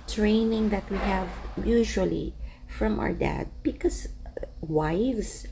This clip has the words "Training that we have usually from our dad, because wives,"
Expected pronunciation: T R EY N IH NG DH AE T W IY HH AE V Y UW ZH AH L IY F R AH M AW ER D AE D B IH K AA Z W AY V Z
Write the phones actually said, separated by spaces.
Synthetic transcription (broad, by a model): T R EY N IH NG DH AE T W IY HH AE V Y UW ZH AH L IY F R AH M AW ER D AE D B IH K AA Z W AY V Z